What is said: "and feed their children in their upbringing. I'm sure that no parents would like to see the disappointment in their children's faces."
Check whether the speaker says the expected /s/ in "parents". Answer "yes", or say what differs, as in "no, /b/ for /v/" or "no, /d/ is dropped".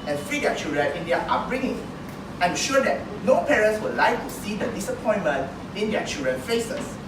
yes